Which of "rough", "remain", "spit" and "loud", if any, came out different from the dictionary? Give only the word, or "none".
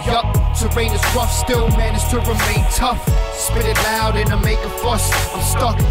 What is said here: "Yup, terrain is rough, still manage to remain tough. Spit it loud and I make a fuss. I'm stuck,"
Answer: none